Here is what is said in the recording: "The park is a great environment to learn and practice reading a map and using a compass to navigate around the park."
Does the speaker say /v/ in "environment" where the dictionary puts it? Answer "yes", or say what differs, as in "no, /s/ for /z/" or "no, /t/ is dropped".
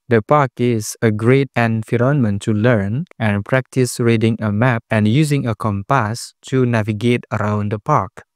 no, /f/ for /v/